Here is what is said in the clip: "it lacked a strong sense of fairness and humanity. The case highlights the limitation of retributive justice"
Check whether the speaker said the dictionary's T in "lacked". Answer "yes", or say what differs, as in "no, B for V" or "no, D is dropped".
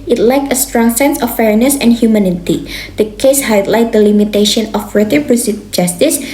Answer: no, T is dropped